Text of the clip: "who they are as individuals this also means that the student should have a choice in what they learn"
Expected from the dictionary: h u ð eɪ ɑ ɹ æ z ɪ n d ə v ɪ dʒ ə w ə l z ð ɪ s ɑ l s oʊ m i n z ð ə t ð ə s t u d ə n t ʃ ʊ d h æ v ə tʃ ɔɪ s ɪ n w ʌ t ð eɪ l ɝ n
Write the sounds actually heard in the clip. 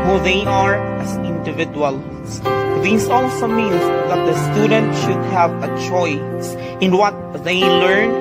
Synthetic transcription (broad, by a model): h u ð eɪ ɑ ɹ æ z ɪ n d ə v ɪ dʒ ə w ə l s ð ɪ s ɑ l s oʊ m i n s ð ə t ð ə s t u d ə n t ʃ ʊ d h æ v ə tʃ ɔɪ s ɪ n w ʌ t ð eɪ l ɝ n